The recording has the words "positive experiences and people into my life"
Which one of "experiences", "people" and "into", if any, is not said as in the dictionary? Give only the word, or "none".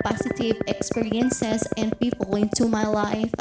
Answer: experiences